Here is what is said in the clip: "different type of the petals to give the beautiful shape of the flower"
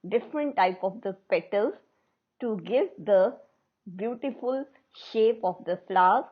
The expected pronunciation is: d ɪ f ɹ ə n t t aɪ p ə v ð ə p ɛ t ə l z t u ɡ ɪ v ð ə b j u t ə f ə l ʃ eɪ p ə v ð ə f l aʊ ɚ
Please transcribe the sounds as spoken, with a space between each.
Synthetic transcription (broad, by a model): d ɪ f ɹ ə n t t aɪ p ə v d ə p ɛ t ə l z t u ɡ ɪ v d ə b j u t ə f ə l ʃ eɪ p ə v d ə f l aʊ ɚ